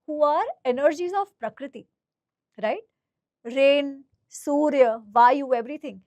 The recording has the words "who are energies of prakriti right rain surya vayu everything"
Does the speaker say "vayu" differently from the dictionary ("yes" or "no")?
no